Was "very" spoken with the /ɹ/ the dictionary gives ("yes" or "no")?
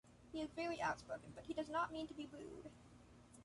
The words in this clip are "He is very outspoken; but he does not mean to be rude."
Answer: no